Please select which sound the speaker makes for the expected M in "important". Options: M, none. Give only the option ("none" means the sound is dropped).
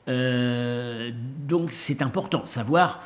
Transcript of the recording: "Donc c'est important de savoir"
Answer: none